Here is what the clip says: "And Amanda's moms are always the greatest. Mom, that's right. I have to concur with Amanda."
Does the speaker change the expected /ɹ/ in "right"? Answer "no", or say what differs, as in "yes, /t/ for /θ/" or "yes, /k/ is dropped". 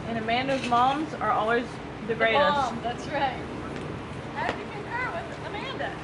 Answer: no